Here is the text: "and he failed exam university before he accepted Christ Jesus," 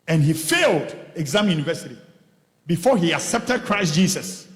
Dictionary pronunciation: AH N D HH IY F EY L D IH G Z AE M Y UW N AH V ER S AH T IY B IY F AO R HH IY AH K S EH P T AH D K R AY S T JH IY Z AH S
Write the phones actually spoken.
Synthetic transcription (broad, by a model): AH N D HH IY F EY L D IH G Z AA M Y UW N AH V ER S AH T IY B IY F AO HH IY AH K S EH P T AH D K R AY S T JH IY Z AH S